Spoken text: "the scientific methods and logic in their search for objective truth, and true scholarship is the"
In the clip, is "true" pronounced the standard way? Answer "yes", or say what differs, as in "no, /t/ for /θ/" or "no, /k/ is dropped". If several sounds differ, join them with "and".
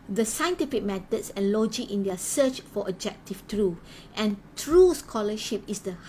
yes